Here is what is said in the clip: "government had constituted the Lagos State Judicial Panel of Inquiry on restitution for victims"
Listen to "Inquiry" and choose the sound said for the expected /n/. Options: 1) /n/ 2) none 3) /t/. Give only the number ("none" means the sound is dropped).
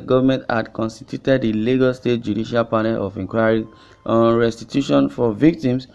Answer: 2